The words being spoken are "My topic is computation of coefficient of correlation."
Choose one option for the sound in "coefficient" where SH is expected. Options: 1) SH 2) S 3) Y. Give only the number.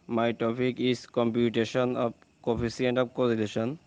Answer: 2